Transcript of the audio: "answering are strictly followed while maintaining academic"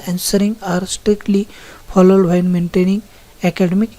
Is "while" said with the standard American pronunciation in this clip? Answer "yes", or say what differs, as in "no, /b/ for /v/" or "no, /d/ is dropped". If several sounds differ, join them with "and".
no, /n/ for /l/